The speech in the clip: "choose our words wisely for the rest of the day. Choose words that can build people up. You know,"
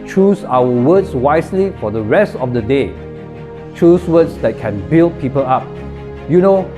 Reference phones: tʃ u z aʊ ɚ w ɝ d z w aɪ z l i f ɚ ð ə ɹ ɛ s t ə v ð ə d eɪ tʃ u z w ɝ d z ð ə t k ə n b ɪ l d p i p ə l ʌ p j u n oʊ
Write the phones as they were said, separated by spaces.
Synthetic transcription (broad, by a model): tʃ u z aʊ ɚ w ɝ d s w aɪ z l i f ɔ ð ə ɹ ɛ s t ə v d ə d eɪ tʃ u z w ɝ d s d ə t k ə n b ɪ l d p i p ə l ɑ p j u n oʊ